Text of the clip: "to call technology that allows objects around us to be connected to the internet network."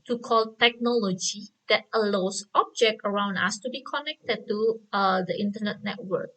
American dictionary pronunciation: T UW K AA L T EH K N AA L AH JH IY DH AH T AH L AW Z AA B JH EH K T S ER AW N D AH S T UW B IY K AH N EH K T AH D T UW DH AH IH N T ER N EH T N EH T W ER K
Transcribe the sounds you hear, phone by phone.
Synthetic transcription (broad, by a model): T UW K AA L T EH K N AA L AH JH IY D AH T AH L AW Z AA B JH EH K T ER AW N D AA S T UW B IY K AH N EH K T AH D T UW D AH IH N T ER N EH T N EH T W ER K